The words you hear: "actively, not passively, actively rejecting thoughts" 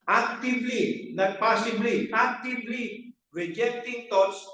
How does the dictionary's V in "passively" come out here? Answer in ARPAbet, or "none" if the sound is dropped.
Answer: B